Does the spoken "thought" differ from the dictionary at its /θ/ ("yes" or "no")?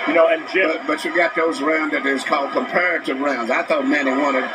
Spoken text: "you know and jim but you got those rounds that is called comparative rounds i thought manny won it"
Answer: no